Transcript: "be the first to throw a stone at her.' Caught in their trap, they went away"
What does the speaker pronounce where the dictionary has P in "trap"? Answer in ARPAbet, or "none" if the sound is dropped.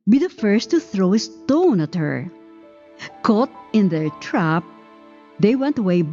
P